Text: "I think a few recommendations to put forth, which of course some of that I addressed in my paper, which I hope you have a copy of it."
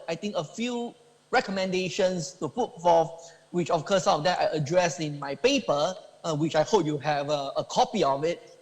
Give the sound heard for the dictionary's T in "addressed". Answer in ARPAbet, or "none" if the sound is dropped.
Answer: none